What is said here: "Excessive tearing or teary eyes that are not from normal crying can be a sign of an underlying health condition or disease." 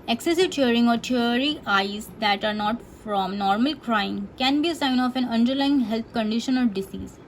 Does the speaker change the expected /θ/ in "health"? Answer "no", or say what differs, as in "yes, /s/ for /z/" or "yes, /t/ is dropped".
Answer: yes, /t/ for /θ/